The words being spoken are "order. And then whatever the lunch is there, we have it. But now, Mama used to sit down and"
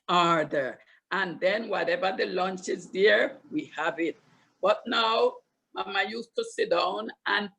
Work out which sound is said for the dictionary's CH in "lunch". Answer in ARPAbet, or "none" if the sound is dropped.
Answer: CH